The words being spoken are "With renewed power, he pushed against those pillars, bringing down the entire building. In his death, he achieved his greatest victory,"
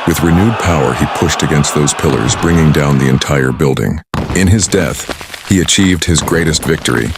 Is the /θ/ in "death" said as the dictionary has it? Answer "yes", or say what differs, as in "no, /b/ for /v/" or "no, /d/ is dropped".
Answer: yes